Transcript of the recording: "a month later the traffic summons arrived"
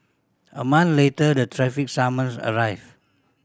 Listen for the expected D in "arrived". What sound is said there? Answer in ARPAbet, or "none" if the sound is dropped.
none